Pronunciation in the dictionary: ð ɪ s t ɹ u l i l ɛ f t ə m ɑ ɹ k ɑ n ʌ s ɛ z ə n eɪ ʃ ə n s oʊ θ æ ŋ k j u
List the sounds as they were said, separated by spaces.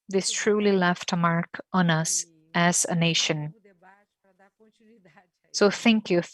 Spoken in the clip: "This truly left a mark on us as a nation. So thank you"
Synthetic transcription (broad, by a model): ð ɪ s t ɹ u l i l ɛ f t ə m ɑ ɹ k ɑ n ʌ s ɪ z ə n eɪ ʃ ə n s oʊ θ æ ŋ k j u